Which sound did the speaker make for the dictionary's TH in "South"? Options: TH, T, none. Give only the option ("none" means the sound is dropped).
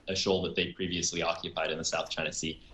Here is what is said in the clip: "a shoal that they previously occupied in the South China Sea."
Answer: TH